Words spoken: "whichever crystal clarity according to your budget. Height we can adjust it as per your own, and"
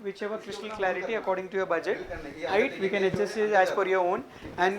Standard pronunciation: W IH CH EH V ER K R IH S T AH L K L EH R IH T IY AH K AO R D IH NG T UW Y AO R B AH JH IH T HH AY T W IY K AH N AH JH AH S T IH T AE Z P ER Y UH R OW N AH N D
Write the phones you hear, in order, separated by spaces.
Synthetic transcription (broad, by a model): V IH CH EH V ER K R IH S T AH L K L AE R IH T IY AH K AO R D IH NG T UW Y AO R B AH JH IH T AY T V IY K AH N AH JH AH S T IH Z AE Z F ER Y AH R OW N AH N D